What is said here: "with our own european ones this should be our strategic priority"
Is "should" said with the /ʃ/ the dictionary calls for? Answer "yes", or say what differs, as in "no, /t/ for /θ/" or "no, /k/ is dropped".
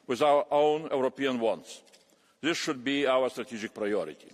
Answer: yes